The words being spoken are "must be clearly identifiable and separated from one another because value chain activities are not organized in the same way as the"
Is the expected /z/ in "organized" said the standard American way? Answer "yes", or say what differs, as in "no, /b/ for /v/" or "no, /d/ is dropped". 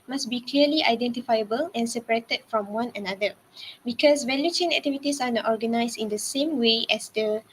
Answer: no, /s/ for /z/